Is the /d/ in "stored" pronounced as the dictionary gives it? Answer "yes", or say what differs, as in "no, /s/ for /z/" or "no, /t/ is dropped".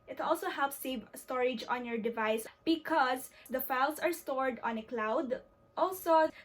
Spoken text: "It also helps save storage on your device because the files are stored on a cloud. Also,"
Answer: yes